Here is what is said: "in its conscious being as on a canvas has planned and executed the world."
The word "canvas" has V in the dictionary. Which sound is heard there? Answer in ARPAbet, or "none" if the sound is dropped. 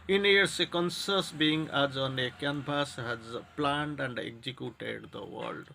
B